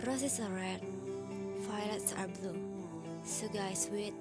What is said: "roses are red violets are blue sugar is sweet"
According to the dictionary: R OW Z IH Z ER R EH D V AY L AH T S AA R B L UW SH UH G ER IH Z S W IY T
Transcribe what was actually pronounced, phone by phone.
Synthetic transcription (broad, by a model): R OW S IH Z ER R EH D F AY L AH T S AA R B L UW S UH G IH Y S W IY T